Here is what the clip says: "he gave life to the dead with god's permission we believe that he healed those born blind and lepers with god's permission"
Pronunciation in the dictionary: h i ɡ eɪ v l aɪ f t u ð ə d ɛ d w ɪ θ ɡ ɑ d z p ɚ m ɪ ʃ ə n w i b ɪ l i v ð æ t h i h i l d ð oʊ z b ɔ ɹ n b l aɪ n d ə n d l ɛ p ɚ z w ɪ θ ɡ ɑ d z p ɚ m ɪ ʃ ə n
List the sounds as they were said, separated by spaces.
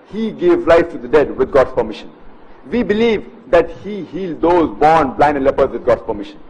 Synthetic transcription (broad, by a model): h i ɡ eɪ v l aɪ f t u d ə d ɛ d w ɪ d ɡ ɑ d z p ɚ m ɪ ʃ ə n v i b ɪ l i v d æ t h i h i l d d oʊ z b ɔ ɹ n b l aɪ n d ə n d l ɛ p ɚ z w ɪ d ɡ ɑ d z p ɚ m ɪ ʃ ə n